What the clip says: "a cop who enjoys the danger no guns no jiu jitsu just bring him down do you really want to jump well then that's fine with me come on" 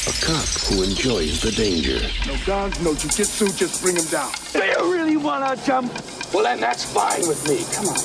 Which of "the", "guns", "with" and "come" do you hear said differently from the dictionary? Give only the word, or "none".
guns